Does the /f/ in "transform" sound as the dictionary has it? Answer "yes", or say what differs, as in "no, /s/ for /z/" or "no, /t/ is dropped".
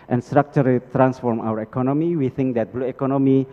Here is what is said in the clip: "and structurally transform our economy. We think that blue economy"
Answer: yes